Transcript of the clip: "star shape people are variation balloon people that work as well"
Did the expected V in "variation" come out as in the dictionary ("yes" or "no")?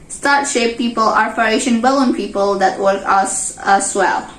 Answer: no